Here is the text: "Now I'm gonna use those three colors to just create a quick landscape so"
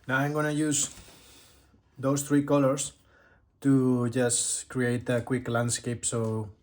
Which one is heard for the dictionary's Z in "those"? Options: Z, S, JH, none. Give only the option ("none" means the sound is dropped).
S